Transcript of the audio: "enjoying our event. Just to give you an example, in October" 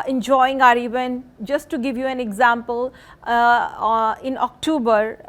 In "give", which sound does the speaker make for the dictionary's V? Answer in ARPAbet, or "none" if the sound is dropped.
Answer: V